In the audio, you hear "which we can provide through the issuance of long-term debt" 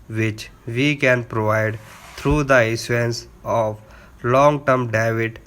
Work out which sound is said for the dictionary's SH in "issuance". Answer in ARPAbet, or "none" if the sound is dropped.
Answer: S